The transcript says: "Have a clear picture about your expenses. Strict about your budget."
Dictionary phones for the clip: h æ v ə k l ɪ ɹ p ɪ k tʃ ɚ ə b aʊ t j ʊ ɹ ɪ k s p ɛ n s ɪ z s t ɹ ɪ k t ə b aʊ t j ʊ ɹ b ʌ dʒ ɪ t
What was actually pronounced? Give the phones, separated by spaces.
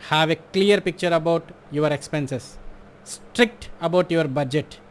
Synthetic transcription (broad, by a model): h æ v ə k l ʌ ɹ p ɪ k tʃ ɚ ə b aʊ t j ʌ ɹ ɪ k s p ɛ n s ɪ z s t ɹ ɪ k t ə b aʊ t j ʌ ɹ b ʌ dʒ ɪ t